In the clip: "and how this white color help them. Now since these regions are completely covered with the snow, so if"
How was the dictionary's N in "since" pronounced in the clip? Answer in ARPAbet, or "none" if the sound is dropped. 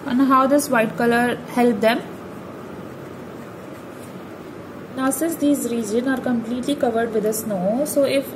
none